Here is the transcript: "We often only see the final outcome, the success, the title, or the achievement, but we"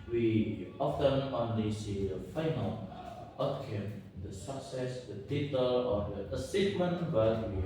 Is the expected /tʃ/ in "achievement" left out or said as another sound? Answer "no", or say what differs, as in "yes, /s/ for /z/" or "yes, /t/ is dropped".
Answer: yes, /s/ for /tʃ/